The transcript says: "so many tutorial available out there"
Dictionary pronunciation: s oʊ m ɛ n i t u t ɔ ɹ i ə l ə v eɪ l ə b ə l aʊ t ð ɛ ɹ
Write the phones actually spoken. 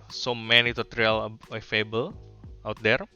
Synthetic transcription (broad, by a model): s oʊ m ɛ n i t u t ɹ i l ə eɪ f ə b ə l aʊ t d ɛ ɹ